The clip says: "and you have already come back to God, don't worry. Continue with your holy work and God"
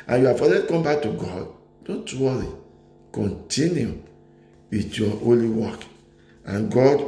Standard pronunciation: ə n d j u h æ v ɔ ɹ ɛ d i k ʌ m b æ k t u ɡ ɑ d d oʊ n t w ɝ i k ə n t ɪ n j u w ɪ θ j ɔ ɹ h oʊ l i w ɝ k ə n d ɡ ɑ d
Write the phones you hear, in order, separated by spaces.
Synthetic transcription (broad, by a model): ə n j u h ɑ f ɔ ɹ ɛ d k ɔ m b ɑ k t u ɡ ɑ d d oʊ n t w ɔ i k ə n t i n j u w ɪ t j ɔ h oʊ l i w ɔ k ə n ɡ ɑ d